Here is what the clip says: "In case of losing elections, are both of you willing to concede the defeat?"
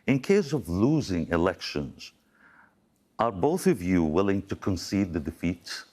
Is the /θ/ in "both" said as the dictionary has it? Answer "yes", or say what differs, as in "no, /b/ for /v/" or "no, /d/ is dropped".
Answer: yes